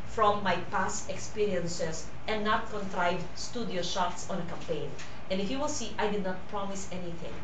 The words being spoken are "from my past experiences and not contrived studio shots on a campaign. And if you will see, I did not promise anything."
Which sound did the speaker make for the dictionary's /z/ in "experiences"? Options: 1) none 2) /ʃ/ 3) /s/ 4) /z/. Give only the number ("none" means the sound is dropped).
3